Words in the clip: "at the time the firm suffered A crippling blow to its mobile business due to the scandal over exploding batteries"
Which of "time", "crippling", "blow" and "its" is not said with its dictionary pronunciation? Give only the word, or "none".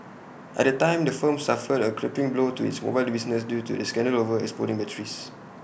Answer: crippling